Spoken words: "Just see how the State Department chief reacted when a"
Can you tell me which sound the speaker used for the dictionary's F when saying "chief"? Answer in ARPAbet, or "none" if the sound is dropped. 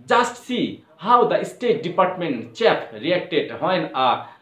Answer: P